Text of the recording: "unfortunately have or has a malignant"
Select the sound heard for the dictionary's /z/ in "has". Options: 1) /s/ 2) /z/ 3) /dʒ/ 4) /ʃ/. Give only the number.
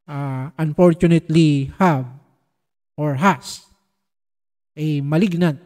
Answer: 1